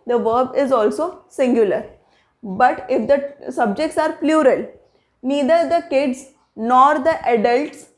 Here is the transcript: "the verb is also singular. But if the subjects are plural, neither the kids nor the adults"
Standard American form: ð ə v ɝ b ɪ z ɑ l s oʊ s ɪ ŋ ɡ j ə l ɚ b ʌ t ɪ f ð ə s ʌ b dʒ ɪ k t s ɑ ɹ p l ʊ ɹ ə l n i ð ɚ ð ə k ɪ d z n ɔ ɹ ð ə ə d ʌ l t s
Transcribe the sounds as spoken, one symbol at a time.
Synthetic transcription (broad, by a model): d ə v ɝ b ɪ z ɑ l s oʊ s ɪ ŋ ɡ j ə l ɚ b ʌ t ɪ f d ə s ʌ b dʒ ɪ k t s ɑ ɹ p l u ɹ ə l n i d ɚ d ə k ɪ d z n ɔ ɹ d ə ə d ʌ l t s